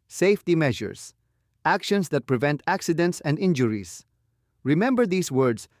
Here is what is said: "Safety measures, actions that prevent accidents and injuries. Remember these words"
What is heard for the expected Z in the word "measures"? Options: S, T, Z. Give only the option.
S